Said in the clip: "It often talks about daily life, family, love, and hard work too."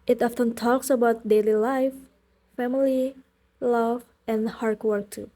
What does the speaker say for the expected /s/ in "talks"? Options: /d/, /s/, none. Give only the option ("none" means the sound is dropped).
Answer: /s/